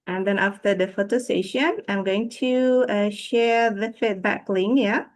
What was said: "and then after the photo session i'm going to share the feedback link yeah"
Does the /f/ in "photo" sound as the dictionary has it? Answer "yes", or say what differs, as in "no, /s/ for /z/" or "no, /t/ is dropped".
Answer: yes